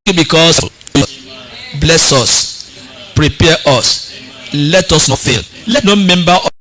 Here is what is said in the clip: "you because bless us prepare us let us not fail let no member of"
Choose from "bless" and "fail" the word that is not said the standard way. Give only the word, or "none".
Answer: none